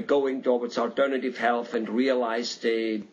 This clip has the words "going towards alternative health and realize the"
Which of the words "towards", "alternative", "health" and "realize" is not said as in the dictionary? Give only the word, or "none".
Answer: towards